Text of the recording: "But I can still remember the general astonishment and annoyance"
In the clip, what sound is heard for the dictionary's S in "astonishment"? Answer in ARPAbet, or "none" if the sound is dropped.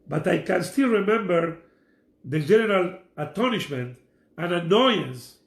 none